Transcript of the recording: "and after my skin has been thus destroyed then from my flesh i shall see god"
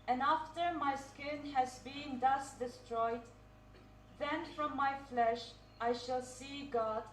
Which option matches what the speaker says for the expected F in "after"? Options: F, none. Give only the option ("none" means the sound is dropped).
F